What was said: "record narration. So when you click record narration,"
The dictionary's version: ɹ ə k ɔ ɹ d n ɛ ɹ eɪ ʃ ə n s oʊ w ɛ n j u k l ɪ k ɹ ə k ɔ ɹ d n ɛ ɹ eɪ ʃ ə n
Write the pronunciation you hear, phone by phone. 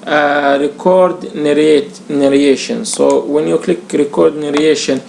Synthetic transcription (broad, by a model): ɹ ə k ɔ ɹ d n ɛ ɹ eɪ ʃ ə n s oʊ w ɛ n j u k l ɪ k ɹ ə k ɔ ɹ d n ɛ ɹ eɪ ʃ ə n